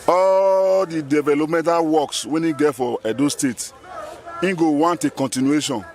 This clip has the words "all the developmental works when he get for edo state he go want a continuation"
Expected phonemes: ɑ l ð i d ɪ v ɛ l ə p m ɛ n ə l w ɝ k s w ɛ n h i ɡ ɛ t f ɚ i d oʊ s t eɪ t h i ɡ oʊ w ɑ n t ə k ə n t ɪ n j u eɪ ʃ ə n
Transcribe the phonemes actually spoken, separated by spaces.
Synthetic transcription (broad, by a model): ɑ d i d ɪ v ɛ l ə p m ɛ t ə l w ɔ k s w ɛ n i ɡ ɛ t f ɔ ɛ d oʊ s t eɪ t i ɡ oʊ w ɑ n t ə k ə n t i n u eɪ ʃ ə n